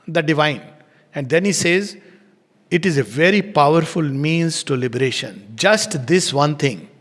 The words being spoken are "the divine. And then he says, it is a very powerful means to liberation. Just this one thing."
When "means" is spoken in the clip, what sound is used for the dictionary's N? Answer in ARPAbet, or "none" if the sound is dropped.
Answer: N